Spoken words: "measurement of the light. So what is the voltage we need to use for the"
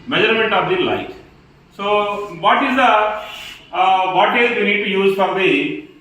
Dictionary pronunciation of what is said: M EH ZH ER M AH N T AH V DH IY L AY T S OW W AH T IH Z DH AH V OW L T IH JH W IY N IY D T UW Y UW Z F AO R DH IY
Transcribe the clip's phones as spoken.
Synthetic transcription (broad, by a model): M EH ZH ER M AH N T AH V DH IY L AY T S OW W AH T IH Z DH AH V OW T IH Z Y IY N IY D T UW Y UW Z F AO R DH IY